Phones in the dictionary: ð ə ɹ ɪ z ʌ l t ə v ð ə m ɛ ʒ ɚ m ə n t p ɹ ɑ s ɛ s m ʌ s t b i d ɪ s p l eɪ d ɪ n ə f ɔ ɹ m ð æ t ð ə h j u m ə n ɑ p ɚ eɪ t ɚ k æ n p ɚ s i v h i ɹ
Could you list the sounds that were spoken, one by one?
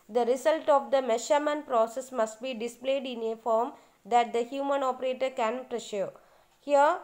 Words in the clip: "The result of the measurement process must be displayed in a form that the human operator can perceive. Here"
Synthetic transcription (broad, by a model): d ə ɹ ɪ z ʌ l t ə v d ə m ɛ ʃ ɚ m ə n p ɹ ɑ s ɛ s m ʌ s t b i d ɪ s p l eɪ d ɪ n ə f ɔ ɹ m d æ t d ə h j u m ə n ɑ p ɚ eɪ t ɚ k æ n p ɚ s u h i ɹ